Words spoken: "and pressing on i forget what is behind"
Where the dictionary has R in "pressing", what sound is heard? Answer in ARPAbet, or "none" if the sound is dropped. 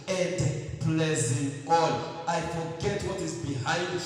L